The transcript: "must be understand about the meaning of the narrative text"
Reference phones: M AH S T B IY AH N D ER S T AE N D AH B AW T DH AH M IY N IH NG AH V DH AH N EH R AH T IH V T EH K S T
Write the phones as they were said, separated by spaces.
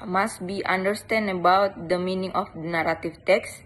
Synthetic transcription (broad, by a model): M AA S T B IY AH N D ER S T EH N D AH B AW T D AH M IY N IH NG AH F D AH N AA R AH T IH F T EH K S